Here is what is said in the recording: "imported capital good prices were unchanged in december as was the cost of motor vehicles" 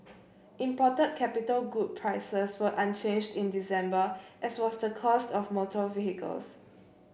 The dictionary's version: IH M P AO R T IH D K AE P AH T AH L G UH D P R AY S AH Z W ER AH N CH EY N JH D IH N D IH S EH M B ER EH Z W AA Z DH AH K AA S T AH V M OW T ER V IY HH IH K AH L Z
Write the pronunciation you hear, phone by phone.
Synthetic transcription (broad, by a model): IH M P AO T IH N K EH P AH T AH L G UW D P R AY S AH S W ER AH N CH EY N JH D IH N D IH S EH M B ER EH S W AA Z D AH K AA S T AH F M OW T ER V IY HH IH K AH L S